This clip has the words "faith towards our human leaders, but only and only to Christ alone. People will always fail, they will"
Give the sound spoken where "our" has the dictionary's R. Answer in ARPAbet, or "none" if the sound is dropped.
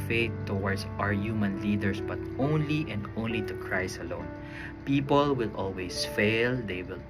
R